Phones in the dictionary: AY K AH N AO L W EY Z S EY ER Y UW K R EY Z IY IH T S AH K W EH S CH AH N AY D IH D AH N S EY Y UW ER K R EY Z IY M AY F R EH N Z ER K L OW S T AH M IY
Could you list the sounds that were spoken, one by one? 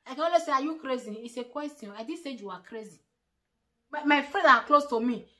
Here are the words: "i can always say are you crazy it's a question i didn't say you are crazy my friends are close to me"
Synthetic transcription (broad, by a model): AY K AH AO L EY S EY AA Y UW K R EY Z IY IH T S AH K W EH S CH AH AO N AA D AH S EY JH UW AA K R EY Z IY M AY F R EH Z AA K L OW S T AH M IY